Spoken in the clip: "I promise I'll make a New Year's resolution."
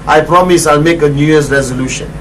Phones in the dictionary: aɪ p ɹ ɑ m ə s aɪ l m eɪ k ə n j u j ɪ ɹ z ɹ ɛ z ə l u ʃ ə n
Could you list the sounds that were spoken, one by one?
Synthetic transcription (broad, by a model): aɪ p ɹ ɑ m ə s aɪ l m eɪ k ə n j u j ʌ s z ɹ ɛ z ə l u ʃ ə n